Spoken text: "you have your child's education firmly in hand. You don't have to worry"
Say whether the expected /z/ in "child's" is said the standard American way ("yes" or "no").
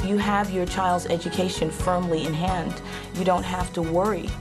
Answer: yes